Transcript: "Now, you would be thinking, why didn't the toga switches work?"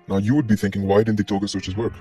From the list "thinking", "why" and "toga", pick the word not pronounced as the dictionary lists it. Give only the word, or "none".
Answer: none